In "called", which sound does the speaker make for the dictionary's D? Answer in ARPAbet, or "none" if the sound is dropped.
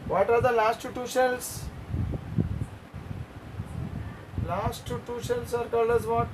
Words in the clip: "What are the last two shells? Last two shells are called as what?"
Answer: none